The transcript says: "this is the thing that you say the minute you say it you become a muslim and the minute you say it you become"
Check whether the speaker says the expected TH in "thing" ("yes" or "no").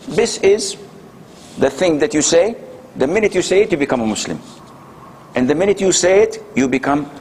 yes